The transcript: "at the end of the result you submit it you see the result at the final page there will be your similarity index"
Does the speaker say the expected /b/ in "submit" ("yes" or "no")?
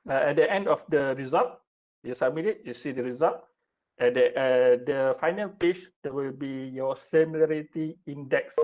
no